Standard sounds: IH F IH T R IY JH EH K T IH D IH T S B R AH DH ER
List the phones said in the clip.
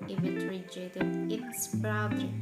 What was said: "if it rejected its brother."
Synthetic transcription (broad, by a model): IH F IH T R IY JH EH T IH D IH T S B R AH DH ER